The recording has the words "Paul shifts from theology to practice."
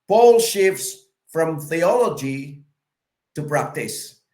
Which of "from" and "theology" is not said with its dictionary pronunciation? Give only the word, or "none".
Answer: none